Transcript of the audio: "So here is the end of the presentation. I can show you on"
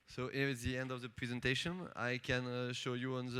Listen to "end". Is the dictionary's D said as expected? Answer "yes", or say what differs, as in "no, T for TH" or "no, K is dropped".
yes